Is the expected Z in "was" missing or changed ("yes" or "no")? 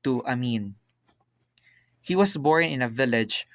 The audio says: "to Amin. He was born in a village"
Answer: yes